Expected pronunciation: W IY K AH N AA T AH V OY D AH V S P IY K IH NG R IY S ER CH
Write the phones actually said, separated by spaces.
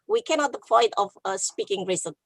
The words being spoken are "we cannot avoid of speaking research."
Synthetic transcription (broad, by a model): W IY K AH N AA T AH P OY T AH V S P IY K IH NG R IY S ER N